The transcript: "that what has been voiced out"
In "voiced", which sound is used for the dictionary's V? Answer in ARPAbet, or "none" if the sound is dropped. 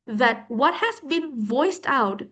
V